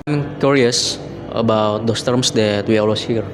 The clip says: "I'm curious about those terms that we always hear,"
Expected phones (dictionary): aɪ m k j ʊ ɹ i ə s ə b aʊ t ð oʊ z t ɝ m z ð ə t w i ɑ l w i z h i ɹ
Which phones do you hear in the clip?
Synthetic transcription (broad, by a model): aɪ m k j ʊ ɹ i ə s ə b aʊ t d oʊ s t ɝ m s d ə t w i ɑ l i s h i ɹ